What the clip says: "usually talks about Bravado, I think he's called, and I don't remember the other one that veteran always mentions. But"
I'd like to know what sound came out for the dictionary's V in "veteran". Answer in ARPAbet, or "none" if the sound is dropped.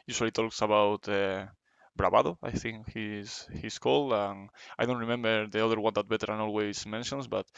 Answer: B